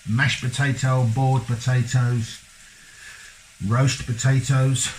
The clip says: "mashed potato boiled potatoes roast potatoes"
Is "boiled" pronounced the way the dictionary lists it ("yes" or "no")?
no